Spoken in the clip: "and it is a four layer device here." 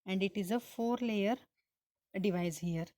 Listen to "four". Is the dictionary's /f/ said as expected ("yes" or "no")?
yes